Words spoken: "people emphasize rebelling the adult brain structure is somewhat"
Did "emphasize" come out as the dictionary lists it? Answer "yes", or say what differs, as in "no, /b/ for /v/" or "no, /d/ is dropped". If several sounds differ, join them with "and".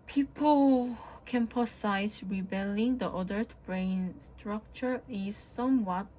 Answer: no, /p/ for /f/